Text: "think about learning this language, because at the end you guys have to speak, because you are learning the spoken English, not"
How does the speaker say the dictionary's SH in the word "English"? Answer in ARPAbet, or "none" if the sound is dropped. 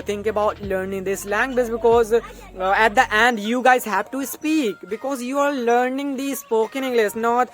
S